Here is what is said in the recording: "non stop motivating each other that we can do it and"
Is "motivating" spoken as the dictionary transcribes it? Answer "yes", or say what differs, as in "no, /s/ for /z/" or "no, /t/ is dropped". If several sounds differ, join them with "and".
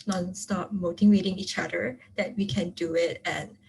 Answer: no, /w/ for /v/